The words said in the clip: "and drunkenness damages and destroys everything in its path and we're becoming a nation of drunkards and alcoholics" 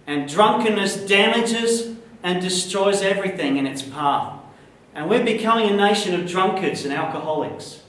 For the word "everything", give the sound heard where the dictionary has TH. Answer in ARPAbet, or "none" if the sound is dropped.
TH